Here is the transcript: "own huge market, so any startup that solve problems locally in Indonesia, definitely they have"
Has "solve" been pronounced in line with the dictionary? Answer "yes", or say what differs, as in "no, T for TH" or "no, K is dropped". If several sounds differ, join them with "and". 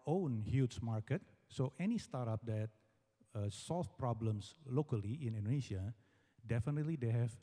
no, F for V